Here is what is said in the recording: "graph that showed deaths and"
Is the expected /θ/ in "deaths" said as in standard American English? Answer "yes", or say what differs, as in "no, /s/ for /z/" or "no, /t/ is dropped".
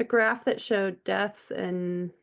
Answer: yes